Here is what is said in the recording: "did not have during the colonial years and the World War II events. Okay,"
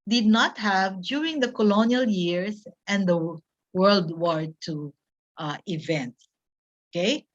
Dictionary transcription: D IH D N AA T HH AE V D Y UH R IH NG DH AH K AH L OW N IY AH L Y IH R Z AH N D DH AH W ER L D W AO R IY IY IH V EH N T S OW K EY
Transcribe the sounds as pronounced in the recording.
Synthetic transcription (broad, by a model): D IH D N AA T HH AE V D Y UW R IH NG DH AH K AH L OW N IY AH L Y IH R S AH N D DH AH W ER L D W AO R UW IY IH V EH N T S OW K EY